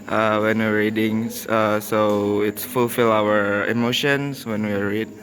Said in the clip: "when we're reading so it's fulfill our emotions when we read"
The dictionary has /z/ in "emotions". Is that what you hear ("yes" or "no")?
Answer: no